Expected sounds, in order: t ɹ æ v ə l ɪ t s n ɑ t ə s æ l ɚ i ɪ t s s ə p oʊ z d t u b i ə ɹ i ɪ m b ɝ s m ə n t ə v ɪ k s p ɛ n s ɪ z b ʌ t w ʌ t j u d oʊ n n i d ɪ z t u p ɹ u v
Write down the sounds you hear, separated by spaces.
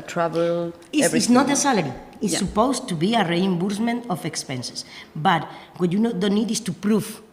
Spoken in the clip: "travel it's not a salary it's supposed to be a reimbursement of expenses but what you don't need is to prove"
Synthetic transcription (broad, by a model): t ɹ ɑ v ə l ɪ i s n ɑ t ə s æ l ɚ i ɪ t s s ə p oʊ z t u b i ə ɹ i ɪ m b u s m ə n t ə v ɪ k s p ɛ n s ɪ s b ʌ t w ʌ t j u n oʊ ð n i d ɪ s t u p ɹ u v